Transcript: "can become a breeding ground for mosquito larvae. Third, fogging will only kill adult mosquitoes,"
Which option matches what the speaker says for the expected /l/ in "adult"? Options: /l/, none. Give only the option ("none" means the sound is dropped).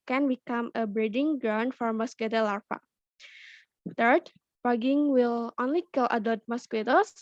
none